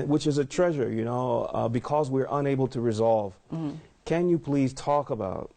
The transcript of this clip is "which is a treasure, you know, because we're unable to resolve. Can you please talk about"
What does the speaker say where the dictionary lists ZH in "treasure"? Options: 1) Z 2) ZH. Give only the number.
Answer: 2